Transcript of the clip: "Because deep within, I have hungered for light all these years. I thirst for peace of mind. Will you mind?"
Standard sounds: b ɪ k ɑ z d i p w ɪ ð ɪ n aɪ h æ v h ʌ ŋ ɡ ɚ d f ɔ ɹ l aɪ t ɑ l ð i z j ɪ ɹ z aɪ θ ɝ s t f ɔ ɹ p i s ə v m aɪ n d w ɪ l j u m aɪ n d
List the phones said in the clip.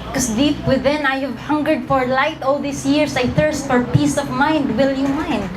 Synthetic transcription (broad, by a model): k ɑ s d i p w ɪ ð ɪ n aɪ h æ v h ʌ ŋ ɡ ɚ d f ɔ ɹ l aɪ t ɑ l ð i s j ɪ ɹ s aɪ θ ɝ s t f ɔ ɹ p i s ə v m aɪ n d w ɪ l j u m aɪ n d